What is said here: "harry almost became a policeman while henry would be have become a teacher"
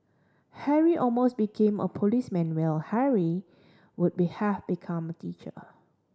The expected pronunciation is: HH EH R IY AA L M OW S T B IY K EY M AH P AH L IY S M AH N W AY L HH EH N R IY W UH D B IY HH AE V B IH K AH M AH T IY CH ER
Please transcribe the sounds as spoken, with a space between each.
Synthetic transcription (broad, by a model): HH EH R IY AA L M OW S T B IY K EY M AH P AH L IY S M AH N W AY L HH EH R IY W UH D B IY HH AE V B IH K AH M AH T IY CH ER